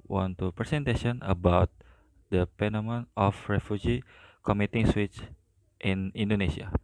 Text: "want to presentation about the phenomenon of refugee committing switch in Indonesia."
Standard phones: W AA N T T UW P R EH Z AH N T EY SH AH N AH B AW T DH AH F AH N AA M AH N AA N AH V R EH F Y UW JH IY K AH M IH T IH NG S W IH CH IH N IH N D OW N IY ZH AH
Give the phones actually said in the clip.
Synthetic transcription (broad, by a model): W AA N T T UW P R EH S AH N T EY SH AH N AH B AW T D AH P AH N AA M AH N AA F R EH F Y UW JH IY K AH M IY T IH NG S W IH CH IH N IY N D OW N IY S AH